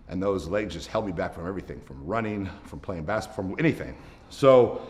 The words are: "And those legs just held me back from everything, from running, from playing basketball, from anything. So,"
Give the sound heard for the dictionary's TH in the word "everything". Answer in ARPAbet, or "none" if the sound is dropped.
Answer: TH